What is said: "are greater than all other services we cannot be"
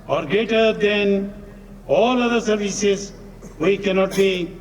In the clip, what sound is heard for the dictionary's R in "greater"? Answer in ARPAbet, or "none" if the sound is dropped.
none